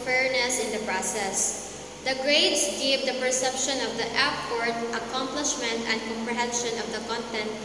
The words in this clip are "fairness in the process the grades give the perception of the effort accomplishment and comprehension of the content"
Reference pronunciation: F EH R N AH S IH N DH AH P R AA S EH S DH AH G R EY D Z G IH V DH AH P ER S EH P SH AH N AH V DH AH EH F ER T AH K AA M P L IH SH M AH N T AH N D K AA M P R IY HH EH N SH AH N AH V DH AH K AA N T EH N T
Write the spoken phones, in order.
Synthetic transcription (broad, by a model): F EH R N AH S IH N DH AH P R AA S EH S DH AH G R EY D S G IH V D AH P ER S EH P SH AH N AH V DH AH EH P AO T AH K AA M P L IH SH M AH N T AH N D K AA M P R IY HH EH N SH AH N AH V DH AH K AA N T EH N T